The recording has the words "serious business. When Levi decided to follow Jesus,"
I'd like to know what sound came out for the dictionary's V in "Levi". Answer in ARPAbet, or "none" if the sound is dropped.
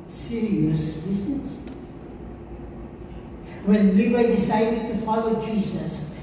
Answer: W